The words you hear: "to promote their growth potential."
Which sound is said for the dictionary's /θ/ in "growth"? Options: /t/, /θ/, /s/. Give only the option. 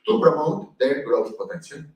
/s/